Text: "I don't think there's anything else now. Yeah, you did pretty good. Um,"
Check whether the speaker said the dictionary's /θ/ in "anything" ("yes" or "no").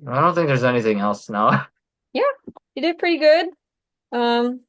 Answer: yes